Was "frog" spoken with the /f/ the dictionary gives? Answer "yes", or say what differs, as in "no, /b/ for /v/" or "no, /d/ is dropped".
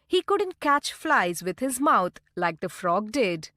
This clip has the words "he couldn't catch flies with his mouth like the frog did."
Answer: yes